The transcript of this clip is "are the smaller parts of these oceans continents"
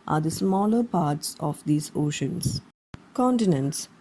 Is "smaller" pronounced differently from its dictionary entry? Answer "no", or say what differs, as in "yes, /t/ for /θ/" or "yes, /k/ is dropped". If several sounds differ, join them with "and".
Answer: no